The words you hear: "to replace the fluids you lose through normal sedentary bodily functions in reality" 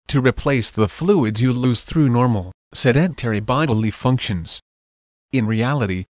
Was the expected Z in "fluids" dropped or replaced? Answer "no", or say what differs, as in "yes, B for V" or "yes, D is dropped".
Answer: no